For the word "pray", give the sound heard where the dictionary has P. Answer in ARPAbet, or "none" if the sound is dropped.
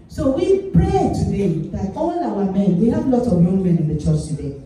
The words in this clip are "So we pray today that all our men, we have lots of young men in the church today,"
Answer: P